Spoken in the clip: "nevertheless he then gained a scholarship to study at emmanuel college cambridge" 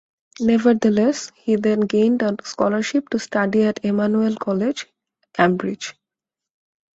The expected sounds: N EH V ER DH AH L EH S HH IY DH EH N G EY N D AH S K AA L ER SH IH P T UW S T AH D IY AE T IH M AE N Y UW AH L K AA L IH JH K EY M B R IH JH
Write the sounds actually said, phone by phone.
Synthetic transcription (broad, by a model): N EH V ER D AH L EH S HH IY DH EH N G EY N D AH S K AA L ER SH IH P T UW S T AH D IY AE T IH M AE N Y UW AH L K AA L IH JH K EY M B R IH JH